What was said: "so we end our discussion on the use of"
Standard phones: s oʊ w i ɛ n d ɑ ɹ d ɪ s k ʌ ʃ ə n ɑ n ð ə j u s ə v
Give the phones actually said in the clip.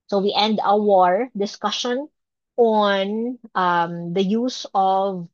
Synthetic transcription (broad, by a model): s oʊ w i ɛ n d ɑ ɹ d ɪ s k ʌ ʃ ə n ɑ n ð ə j u s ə v